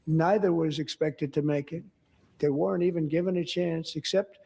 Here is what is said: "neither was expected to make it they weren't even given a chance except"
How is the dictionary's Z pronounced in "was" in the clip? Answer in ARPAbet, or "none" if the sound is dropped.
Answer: Z